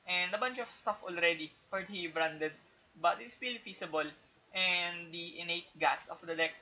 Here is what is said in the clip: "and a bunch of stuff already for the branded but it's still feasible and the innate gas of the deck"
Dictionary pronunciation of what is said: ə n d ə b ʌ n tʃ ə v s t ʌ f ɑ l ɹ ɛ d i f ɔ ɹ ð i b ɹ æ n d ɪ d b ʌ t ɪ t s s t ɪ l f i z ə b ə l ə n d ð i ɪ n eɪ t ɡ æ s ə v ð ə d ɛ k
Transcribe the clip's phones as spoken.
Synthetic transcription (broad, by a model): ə n d ə b ʌ n tʃ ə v s t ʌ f ɑ l ɹ ɛ d i p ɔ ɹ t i b ɹ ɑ n d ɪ d b ʌ t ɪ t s s t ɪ l f i s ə b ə l ə n d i ɪ n eɪ t ɡ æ s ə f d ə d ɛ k